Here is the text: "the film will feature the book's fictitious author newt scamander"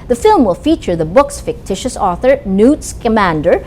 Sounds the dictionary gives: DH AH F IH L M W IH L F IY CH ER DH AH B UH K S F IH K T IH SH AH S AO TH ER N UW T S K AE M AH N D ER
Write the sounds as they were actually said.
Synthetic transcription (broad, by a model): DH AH F IH L M W IH L F IY CH ER DH AH B UH K S F IH K T IH SH AH S AO TH ER N UW T S K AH M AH N D ER